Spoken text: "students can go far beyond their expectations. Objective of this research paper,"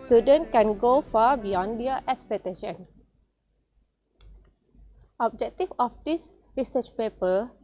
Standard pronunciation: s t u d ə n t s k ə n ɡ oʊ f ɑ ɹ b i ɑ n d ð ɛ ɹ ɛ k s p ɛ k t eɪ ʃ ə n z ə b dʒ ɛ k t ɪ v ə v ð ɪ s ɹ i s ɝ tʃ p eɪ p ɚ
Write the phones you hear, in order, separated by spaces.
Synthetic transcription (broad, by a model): s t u d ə n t k ə n ɡ oʊ f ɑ b i ɑ n d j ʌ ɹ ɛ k s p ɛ t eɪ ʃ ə n ə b dʒ ɛ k t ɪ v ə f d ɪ s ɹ i s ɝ tʃ p eɪ p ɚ